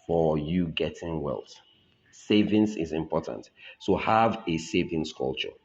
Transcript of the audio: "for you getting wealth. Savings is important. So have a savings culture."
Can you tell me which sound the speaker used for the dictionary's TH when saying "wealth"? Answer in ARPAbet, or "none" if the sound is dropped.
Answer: T